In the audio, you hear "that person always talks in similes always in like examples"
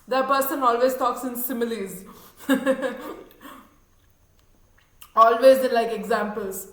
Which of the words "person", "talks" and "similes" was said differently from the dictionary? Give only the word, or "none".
none